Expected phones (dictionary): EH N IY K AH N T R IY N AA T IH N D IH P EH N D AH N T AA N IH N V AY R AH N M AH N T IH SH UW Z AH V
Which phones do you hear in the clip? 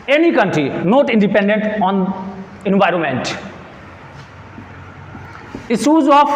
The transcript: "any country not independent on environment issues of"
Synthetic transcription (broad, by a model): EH N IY K AH N T R IY N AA T IH N D IH P EH N D AH N T AA N IH N V AY R AH N M AH N T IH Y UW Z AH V